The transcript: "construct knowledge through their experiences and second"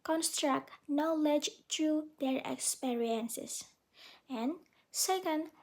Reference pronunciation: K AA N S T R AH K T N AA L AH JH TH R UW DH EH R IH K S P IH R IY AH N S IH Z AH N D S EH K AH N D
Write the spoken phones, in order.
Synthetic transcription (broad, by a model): K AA N S T R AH K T N AA L AH JH T R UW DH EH R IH K S P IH R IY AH N S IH S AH N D S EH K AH N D